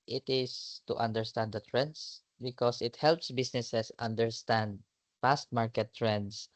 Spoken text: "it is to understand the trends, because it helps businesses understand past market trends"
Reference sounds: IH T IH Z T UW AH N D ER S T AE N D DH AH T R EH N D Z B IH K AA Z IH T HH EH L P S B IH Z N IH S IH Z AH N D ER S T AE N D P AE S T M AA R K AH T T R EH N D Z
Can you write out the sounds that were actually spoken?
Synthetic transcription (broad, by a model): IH T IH S T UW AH N D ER S T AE N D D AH T R EH N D S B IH K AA S IH T HH EH L P S B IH S N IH S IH S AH N D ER S T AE N D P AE S T M AA R K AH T T R EH N D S